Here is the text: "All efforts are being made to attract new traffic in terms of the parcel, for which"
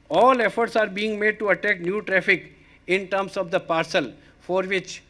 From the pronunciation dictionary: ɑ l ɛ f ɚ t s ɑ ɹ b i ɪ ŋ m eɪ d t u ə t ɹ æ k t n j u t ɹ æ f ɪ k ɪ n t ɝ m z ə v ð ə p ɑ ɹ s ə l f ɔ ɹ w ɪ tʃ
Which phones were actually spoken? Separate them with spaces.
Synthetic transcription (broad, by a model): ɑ l ɛ f ɚ t s ɑ ɹ b i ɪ ŋ m eɪ d t u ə t æ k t n j u t ɹ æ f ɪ k ɪ n t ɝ m s ə v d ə p ɑ ɹ s ə l f ɔ ɹ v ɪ tʃ